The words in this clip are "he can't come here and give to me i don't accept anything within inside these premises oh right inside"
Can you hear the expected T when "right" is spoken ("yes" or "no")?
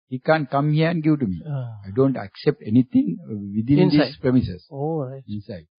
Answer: no